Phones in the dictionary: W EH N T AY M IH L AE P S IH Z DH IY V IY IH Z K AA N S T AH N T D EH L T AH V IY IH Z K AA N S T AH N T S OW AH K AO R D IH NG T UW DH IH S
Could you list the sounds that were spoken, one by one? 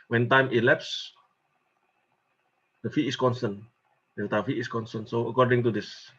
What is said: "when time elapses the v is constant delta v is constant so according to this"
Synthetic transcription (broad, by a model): W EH N T AY M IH L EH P S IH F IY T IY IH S K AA N S T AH N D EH T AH F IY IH S K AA N S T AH N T S OW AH K AO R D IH NG T UW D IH S